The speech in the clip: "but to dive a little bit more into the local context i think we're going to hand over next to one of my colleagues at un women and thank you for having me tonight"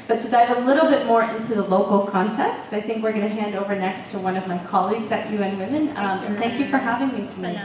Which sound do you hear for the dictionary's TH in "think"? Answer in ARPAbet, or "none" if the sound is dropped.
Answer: TH